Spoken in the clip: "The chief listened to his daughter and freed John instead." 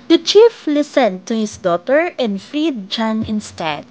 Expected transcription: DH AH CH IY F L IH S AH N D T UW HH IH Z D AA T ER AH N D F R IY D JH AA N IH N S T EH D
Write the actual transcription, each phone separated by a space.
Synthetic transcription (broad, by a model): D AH CH IY F L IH S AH N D T UW HH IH S D AA T ER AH N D F R IY D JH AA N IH N S T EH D